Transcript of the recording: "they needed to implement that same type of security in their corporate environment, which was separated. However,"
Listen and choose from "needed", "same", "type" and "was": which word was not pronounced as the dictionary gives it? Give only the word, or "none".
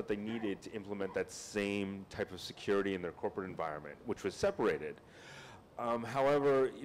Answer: none